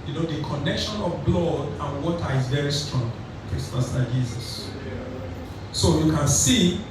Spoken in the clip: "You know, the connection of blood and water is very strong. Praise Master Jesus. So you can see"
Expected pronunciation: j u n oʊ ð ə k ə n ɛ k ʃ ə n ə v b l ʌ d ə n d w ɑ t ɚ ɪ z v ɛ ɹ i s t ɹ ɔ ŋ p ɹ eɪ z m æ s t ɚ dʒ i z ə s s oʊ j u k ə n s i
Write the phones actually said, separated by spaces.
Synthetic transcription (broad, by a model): j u n oʊ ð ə k ə n ɛ k ʃ ə n ə v b l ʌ d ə n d w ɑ t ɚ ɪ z v ɛ ɹ i s t ɹ ɔ ŋ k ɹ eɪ s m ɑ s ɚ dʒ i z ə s s oʊ j u k ə n s i